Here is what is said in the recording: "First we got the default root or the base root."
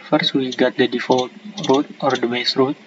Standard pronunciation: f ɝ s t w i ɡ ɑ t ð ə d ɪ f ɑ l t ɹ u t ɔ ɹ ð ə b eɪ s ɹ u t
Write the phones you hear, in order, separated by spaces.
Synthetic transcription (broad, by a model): f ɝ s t w i ɡ ɑ t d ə d ɪ f ɑ l t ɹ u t ɔ ɹ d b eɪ s ɹ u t